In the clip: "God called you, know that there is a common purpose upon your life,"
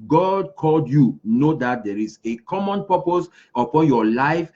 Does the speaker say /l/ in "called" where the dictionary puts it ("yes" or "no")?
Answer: yes